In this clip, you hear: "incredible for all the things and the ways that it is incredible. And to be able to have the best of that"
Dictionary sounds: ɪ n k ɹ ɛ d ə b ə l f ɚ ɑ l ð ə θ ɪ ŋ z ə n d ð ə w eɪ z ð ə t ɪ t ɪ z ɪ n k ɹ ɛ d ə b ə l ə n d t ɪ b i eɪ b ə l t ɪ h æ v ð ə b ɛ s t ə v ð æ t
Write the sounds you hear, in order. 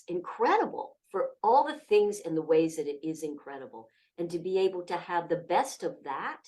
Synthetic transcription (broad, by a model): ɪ n k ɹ ɛ d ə b l f ɚ ɑ l ð ə θ ɪ ŋ z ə n ð ə w eɪ z ð ə t ɪ t ɪ z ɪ n k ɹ ɛ d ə b l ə n t ɪ b i eɪ b l t ɪ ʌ v ð ə b ɛ s t ə v ð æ t